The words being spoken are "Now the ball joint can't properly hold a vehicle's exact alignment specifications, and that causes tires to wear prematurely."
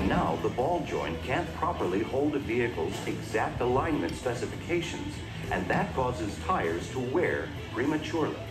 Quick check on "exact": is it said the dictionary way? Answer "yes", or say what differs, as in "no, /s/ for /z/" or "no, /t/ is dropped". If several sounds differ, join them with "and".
yes